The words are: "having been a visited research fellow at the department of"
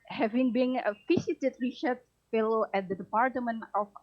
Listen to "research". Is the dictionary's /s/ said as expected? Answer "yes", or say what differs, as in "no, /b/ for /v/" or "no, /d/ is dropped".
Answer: no, /ʃ/ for /s/